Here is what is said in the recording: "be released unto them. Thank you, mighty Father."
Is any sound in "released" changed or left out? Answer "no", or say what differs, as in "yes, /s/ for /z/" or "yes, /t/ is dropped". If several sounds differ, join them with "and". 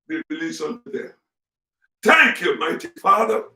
yes, /t/ is dropped